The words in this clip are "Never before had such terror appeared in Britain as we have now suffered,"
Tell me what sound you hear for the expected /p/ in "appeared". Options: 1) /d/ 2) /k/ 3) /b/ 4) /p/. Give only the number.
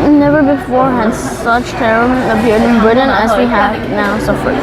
3